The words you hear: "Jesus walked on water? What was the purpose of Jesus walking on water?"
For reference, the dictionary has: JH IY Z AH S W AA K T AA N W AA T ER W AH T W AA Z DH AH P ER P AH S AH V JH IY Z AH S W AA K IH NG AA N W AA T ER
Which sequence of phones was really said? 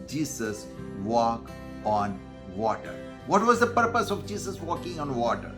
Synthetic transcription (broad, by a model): JH IY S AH S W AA K AA N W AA T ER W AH T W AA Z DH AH P ER P AH S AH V JH IY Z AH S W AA K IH NG AA N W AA T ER